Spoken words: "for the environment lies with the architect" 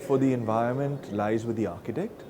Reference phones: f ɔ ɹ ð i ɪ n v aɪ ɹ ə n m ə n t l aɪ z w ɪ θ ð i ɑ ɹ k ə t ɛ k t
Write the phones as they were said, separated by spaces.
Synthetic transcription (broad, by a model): f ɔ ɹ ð i ɪ n v aɪ ɹ ə n m ə n t l aɪ z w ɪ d i ɑ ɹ k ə t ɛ k t